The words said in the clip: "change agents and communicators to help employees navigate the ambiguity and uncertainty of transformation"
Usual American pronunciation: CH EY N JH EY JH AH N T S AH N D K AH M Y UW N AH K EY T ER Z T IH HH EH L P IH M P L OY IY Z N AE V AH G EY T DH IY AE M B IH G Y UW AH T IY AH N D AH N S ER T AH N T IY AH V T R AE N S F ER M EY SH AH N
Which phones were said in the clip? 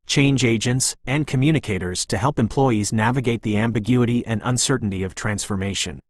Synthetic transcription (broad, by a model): CH EY N JH EY JH AH N T S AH N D K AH M Y UW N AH K EY T ER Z T IH HH EH L P IH M P L OY IY Z N AE V AH G EY T DH IY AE M B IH G Y UW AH T IY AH N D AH N S ER T N T IY AH V T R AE N S F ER M EY SH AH N